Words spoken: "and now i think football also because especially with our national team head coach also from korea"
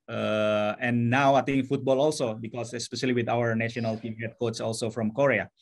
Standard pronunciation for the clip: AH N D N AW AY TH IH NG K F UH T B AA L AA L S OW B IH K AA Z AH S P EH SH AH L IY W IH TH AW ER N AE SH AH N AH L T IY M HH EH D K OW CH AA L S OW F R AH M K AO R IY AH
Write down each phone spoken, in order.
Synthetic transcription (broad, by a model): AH N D N AW AY T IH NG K F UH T B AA L AA L S OW B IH K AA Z AH S P EH SH AH L IY W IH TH AW ER N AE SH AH N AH L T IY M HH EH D K OW S AA L S OW F R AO M K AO R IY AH